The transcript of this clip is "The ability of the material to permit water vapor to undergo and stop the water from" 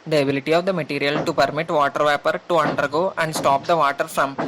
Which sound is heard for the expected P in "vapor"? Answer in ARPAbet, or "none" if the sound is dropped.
P